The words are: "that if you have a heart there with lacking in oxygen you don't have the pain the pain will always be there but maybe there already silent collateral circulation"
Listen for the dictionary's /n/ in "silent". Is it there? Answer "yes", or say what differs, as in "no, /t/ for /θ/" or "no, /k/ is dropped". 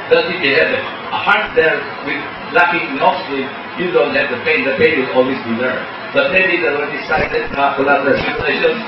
no, /n/ is dropped